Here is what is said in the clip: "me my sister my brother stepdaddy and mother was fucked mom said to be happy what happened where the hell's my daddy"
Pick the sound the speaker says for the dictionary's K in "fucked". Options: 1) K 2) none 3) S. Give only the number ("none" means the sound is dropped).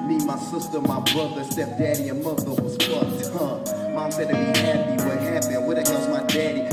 2